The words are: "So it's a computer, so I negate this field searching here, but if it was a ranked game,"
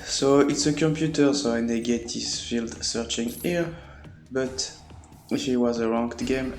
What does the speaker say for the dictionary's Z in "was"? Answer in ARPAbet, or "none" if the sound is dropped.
Z